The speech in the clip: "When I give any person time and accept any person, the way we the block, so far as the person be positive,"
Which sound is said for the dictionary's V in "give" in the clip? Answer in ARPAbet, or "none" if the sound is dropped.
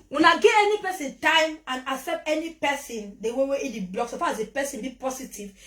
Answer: none